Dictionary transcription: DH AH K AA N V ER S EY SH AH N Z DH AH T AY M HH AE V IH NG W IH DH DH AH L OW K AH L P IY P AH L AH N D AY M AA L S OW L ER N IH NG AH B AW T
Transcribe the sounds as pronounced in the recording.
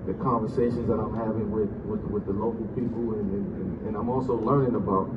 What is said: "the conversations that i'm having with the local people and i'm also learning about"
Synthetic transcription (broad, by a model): DH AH K AA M V ER S EY SH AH N Z DH AH T AY M HH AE V IH NG W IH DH DH AH L OW K L P IY P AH N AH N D AY M AA L S OW L ER N IH NG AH B AW T